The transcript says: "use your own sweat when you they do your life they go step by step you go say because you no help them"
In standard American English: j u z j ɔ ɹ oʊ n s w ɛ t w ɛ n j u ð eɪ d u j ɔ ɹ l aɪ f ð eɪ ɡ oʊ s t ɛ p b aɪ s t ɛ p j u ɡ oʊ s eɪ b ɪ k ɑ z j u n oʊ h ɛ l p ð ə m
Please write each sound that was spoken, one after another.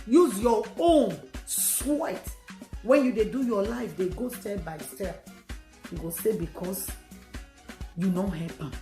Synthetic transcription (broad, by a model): j u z j ɔ oʊ n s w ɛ t w ɛ n j u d eɪ d u j ɔ l aɪ f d eɪ ɡ oʊ s t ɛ b aɪ s t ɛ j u ɡ oʊ s eɪ b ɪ k ɑ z j u n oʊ h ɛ p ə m